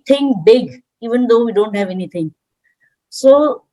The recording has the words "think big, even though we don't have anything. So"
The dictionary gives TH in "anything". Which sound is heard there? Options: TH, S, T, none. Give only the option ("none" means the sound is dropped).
T